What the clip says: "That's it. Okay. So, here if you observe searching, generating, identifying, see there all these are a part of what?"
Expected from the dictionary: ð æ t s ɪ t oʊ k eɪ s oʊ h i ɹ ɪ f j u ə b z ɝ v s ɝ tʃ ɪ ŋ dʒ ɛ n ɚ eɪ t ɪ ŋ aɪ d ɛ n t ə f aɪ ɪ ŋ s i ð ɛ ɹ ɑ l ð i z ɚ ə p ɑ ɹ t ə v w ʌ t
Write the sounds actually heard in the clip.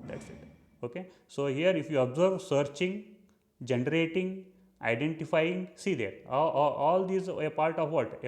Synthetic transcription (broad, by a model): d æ t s ɪ t oʊ k eɪ s oʊ h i ɹ ɪ f j u ə b z ɝ v s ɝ tʃ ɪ ŋ dʒ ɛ n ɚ eɪ t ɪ ŋ aɪ d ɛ n t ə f aɪ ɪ ŋ s i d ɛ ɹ ɑ l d i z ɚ ə p ɑ ɹ t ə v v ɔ t